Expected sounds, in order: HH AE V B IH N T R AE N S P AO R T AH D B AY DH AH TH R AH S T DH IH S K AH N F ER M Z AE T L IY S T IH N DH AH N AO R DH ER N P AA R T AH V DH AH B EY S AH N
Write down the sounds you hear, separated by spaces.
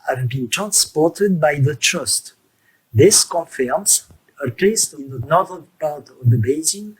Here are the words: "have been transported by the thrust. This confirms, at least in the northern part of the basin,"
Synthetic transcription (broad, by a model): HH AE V B IH N T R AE N S P AO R T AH D B AY DH AH T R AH S T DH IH S K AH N F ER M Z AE T L IY S T IH N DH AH N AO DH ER P AA R T AH V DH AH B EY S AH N